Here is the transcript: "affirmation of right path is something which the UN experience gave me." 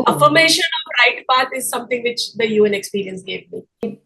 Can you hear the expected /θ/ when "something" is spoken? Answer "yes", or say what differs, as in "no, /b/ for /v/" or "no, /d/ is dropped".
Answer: no, /t/ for /θ/